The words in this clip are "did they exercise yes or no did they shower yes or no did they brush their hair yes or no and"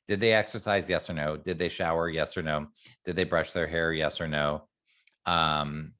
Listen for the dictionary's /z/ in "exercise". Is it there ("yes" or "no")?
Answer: yes